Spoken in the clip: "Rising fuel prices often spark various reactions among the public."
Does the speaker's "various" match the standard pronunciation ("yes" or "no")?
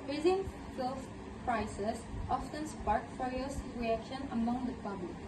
no